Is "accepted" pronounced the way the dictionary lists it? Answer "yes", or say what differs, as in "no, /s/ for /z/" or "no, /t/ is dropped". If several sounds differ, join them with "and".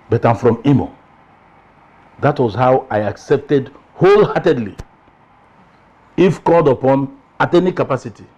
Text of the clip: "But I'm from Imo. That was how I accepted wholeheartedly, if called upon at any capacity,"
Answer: yes